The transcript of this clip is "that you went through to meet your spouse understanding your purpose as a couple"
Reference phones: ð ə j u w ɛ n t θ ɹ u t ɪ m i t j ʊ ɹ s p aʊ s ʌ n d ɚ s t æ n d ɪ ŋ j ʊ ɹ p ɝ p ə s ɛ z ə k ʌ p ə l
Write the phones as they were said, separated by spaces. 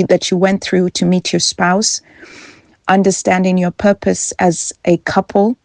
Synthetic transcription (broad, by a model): ð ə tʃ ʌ w ɛ n θ ɹ u t ɪ m i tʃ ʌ ɹ s p aʊ s ʌ n d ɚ s t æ n d ɪ ŋ j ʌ ɹ p ɝ p ə s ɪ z ə k ʌ p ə l